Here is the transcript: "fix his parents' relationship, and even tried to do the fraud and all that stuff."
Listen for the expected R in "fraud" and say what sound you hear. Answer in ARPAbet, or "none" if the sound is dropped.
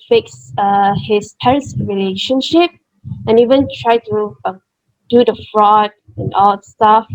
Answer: R